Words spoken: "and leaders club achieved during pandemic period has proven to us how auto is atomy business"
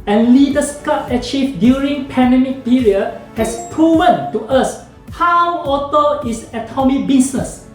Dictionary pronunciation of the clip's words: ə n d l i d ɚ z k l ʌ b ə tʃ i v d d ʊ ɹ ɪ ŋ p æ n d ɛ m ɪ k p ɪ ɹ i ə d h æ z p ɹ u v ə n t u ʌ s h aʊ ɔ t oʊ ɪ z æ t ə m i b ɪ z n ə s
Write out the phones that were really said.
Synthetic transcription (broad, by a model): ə n l i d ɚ s k ʌ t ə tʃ i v d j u ɹ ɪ ŋ p æ n d ɛ m ɪ k p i ɹ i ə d h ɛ s p ɹ u v ə n t u ʌ s h aʊ ɔ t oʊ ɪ s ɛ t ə m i b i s n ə s